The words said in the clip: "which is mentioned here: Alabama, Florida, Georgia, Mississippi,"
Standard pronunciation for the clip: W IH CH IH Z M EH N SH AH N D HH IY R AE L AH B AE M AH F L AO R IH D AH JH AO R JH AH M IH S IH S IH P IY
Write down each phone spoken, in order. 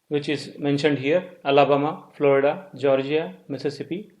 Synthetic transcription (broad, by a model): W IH CH IH Z M EH N SH AH N D HH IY R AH L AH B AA M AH F L AO R IH D AH JH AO R JH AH M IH S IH S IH P IY